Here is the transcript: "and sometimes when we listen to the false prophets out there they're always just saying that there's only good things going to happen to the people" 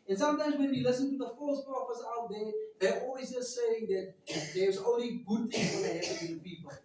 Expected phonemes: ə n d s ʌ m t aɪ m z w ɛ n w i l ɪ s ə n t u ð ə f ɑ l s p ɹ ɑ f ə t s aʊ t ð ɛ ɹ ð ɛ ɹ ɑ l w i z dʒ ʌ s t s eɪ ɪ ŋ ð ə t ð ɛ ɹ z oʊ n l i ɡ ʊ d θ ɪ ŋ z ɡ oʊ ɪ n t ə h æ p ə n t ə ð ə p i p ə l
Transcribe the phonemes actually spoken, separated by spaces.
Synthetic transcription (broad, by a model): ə n s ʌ m t aɪ m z w ɛ n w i l ɪ s ə n t u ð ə f ɑ l s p ɑ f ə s aʊ t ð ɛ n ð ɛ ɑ l w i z dʒ ʌ s t s eɪ ɪ ŋ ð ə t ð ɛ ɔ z oʊ n l i ɡ ʊ d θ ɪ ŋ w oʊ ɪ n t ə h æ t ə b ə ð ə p i p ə l